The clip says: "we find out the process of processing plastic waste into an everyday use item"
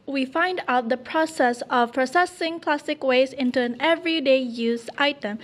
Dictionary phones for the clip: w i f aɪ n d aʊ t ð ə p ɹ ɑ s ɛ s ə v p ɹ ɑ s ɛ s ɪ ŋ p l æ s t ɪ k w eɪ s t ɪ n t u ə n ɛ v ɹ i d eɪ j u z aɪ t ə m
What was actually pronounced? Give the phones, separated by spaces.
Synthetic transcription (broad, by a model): w i f aɪ n d aʊ t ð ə p ɹ ɑ s ɛ s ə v p ɹ ɑ s ɛ s ɪ ŋ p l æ s t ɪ k w eɪ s ɪ n t u ə n ɛ v ɹ i d eɪ j u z aɪ t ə m